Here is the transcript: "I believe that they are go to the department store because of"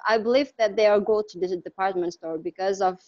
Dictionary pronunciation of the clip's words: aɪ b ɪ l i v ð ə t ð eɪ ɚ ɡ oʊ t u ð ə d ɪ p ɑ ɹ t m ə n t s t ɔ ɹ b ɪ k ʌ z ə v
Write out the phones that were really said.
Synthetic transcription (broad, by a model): aɪ b ɪ l i v ð ə t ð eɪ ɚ ɡ oʊ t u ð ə d ɪ p ɑ ɹ t m ə n t s t ɔ ɹ b ɪ k ʌ z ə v